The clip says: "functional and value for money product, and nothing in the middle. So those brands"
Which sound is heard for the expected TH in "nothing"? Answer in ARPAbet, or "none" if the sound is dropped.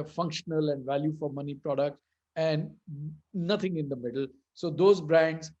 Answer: T